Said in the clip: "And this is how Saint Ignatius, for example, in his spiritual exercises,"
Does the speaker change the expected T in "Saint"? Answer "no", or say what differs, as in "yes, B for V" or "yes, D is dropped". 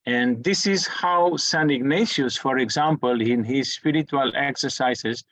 yes, T is dropped